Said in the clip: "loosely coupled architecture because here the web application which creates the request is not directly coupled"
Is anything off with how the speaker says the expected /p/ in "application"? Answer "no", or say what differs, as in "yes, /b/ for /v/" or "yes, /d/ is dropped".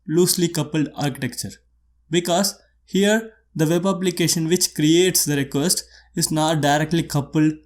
yes, /b/ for /p/